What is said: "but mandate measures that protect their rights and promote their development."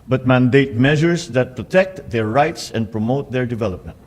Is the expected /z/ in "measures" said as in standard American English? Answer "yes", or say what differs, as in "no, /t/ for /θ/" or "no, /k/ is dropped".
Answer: no, /s/ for /z/